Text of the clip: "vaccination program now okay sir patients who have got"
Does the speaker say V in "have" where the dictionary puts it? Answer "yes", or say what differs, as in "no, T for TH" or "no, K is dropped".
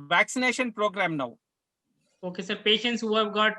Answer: yes